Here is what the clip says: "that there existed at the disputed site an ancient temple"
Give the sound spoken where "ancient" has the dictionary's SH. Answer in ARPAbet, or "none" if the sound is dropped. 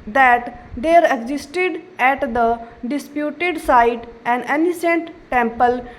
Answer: S